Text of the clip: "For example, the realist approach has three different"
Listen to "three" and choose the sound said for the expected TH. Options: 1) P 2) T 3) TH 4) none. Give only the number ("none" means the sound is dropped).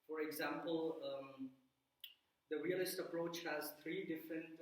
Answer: 2